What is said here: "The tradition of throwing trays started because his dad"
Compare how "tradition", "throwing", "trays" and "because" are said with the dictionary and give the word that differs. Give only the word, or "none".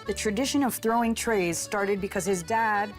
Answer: none